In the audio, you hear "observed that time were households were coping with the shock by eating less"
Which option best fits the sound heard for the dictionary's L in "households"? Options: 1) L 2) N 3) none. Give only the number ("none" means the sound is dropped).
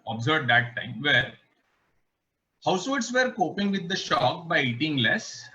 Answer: 3